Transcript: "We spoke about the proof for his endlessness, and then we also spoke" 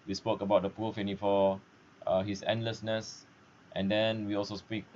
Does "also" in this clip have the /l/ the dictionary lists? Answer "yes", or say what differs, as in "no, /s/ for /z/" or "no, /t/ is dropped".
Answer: yes